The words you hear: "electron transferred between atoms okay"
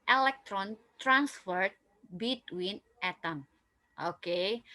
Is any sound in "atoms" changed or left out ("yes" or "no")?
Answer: yes